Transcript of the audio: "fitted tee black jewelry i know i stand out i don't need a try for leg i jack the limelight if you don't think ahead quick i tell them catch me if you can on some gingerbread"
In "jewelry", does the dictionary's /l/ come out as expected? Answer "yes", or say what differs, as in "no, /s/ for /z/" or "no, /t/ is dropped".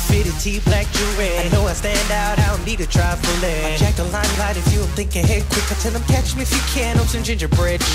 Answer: no, /l/ is dropped